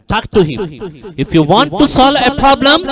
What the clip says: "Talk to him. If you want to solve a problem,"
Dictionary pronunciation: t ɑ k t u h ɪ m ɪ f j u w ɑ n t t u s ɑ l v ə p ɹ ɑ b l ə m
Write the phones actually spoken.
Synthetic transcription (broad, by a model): t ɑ k t u h ɪ m ɪ f j u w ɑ n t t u s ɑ l ə p ɹ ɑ b l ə m